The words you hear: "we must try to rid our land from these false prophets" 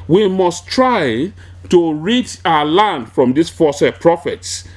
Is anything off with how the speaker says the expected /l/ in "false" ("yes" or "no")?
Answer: yes